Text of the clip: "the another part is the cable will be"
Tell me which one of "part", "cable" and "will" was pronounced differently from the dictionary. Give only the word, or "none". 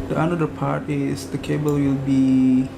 none